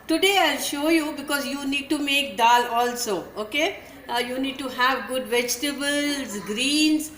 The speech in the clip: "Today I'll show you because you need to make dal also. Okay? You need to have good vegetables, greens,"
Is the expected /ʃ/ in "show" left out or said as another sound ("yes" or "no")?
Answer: no